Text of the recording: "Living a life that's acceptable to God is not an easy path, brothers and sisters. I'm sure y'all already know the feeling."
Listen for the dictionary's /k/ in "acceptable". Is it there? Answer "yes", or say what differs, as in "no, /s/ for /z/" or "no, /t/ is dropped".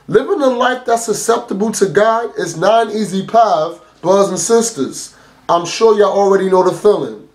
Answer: no, /k/ is dropped